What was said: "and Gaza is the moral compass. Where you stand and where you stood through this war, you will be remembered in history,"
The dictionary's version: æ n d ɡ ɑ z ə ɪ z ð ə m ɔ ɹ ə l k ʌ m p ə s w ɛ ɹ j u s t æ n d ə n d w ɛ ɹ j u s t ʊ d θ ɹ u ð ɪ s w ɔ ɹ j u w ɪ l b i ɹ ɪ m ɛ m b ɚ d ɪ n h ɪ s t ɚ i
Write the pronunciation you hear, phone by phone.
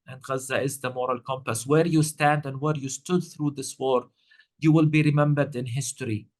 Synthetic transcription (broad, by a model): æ n d ɡ ɑ z ə ɪ z ð ə m ɔ ɹ ə l k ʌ m p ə s w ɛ ɹ j u s t æ n d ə n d w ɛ ɹ j u s t ʊ d θ ɹ u ð ɪ s w ɔ ɹ j u w ɪ l b i ɹ ɪ m ɛ m b ɚ d ɪ n h ɪ s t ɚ i